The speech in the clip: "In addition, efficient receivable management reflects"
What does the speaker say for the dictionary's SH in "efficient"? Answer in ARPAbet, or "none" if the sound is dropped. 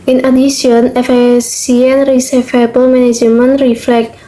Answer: S